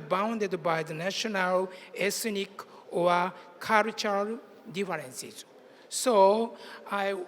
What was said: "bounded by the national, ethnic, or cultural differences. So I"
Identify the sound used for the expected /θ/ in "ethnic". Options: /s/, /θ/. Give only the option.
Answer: /s/